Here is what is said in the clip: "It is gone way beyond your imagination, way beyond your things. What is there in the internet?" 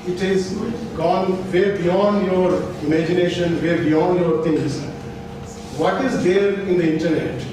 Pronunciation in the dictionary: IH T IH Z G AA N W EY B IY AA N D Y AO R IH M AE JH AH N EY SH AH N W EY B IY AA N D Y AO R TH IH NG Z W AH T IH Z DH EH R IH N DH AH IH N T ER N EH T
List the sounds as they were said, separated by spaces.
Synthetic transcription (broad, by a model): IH T IH Z G AA N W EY B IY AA N D Y AO R IH M AE JH AH N EY SH AH N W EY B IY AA N D Y AO R T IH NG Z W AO T IH Z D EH R IH N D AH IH N T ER N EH T